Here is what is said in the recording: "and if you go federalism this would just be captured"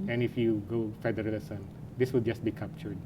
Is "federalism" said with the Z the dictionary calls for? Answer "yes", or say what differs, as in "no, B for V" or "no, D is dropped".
no, S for Z